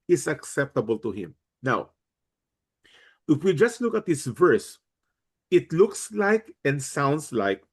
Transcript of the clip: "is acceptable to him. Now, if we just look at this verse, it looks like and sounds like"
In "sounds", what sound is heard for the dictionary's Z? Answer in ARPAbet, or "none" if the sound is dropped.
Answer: S